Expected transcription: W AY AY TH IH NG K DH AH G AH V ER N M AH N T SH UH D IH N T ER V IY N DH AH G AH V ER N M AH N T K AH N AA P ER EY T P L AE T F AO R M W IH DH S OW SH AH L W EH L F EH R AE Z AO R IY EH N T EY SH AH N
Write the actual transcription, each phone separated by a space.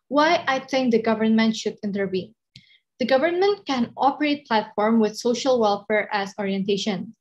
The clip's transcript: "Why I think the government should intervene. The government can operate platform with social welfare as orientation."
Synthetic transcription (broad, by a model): W AY AY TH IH NG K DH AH G AH V ER N M AH N T SH UH D IH N T ER V IY N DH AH G AH V ER N M AH N T K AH N AA P ER EY T P L AE T F AO R M W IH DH S OW SH AH L W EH L F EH R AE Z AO R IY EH N T EY SH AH N